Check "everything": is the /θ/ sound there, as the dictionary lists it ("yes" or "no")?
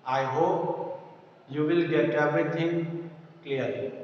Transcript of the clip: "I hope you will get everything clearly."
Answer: no